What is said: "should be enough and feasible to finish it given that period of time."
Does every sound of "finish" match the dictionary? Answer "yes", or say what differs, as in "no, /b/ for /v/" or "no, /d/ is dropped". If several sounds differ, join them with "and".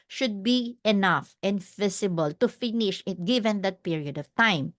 yes